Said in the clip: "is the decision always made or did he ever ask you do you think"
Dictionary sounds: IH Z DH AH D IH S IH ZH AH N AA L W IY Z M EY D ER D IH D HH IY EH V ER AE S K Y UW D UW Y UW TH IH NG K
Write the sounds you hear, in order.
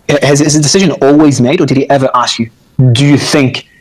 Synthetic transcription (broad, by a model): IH Z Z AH D IH S IH ZH AH N AA L W IY Z M EY D ER D IH D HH IY EH V ER AE S K Y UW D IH Y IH TH IH NG K